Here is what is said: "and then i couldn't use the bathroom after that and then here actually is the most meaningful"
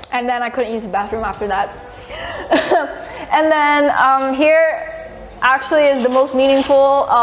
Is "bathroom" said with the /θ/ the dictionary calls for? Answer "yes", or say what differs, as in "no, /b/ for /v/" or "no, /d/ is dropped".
yes